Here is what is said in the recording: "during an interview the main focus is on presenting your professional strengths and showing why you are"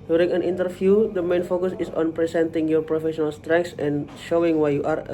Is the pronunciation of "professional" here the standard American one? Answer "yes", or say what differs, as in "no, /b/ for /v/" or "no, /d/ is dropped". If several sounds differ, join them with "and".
yes